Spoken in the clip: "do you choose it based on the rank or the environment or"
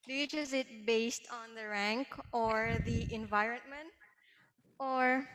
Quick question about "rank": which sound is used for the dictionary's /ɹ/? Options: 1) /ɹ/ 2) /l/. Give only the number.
1